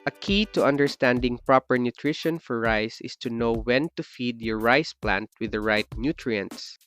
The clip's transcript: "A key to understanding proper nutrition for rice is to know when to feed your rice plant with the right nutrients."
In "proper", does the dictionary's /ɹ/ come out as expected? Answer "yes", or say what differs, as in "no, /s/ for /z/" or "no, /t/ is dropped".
yes